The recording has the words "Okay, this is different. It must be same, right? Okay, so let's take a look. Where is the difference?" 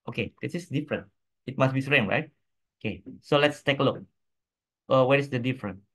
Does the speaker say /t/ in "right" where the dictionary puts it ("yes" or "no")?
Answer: yes